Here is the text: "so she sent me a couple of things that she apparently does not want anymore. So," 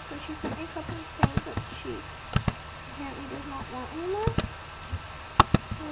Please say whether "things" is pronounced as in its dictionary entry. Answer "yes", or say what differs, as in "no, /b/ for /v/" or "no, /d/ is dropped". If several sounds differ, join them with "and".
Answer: no, /s/ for /θ/ and /ŋ/ is dropped